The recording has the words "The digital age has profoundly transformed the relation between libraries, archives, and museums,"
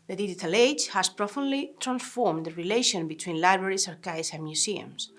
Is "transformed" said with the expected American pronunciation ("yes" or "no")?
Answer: yes